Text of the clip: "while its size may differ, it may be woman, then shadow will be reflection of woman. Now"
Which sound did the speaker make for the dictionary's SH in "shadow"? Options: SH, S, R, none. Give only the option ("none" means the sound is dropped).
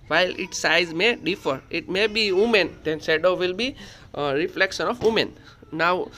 S